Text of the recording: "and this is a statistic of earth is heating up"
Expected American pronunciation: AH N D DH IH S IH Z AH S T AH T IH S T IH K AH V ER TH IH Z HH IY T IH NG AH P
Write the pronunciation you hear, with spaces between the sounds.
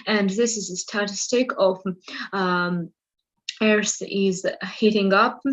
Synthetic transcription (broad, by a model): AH N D DH IH S IH Z AH S T AH T IH S T IH K AH V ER S IH Z HH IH T IH NG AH P